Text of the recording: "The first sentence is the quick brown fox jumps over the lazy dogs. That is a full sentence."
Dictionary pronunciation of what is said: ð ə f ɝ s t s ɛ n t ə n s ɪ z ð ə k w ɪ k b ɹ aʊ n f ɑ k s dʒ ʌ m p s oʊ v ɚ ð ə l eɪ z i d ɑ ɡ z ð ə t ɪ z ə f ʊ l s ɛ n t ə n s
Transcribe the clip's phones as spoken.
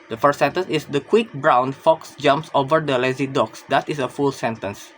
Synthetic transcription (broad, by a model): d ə f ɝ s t s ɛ n t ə n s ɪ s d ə k w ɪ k b ɹ aʊ n f ɑ k s dʒ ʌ m p s oʊ v ɚ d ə l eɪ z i d ɑ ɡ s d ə t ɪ s ə f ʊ l s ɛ n t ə n s